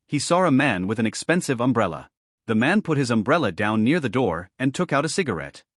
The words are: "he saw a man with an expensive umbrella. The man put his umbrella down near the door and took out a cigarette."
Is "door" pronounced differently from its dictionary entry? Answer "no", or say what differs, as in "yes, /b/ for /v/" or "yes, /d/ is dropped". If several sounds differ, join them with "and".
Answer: no